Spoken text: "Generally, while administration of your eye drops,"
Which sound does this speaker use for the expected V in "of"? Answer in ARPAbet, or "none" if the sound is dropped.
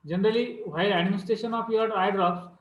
P